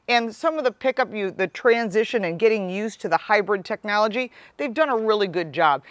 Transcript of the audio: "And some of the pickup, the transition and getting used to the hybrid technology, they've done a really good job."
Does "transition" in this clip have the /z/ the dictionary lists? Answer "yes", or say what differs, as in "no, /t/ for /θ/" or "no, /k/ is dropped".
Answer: yes